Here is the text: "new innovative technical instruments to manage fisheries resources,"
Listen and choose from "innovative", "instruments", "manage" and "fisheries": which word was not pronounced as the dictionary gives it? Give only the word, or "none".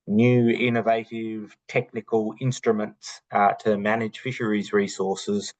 none